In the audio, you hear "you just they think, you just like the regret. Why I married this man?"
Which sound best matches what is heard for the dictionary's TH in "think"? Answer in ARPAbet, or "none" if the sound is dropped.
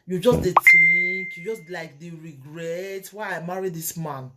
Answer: T